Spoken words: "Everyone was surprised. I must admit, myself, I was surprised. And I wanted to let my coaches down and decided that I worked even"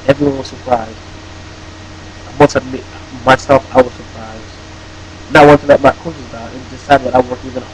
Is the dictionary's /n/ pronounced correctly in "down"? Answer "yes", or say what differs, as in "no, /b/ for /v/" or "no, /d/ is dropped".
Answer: no, /n/ is dropped